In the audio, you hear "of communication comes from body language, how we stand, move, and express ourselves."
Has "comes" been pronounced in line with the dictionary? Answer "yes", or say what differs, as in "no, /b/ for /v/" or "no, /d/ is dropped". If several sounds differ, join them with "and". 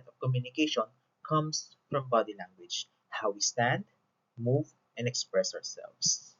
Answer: no, /s/ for /z/